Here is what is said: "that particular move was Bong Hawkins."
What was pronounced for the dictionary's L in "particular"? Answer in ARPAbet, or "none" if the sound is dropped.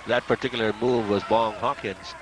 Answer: L